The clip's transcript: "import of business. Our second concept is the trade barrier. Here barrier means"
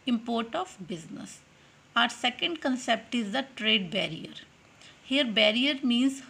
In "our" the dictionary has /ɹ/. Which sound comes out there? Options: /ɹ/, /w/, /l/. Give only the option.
/ɹ/